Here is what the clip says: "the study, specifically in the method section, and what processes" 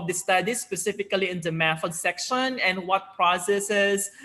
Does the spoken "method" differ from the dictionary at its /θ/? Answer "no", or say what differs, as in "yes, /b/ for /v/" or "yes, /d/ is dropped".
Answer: yes, /f/ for /θ/